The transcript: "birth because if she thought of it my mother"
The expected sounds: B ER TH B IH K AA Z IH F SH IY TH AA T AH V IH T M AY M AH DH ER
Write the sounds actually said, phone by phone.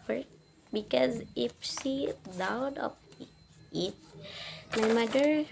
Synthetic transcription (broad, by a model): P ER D B IH K AA Z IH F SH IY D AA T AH P IH T M AY M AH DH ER